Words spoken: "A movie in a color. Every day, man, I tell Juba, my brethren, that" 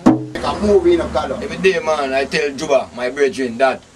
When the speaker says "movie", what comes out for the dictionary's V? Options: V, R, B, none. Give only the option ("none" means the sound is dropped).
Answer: B